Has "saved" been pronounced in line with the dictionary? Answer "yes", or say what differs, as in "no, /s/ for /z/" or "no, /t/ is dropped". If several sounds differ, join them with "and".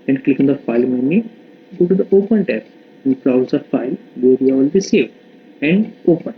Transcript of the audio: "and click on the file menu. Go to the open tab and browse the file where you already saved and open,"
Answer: no, /d/ is dropped